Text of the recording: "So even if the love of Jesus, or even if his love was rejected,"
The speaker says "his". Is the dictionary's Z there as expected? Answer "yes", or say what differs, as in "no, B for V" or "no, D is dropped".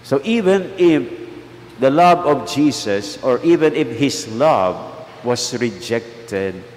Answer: no, S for Z